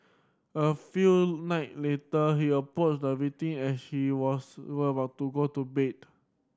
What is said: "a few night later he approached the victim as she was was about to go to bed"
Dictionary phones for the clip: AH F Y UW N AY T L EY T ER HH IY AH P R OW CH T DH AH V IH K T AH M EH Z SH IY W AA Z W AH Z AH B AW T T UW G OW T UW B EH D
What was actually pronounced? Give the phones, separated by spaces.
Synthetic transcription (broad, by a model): AH F Y UW N AY T L EY T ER HH IY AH P R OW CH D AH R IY T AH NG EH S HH IY W AA S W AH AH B AW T T UW G OW T UW B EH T